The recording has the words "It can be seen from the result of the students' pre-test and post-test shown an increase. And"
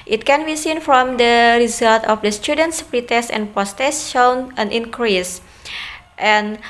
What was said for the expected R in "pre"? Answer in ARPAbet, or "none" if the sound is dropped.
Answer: R